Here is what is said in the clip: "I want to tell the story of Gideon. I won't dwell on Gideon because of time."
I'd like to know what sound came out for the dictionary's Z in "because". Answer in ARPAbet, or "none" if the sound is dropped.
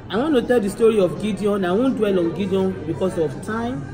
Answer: S